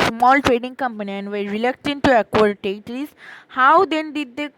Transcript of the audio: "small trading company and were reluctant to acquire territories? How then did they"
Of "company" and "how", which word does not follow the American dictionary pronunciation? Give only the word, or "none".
none